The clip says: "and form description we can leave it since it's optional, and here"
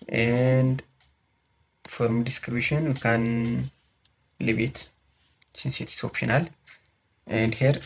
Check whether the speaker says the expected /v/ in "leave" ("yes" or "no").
no